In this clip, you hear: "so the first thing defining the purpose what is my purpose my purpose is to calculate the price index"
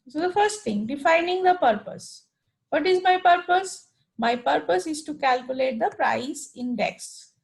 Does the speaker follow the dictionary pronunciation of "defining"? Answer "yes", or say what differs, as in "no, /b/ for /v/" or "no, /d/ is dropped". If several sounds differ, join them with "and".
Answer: yes